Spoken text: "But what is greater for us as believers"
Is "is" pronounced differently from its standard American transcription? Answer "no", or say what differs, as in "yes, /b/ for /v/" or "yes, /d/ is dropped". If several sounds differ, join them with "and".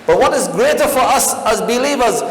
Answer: no